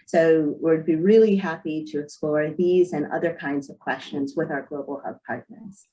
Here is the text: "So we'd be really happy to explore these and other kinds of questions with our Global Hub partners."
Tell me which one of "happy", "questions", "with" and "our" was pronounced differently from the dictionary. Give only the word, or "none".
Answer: none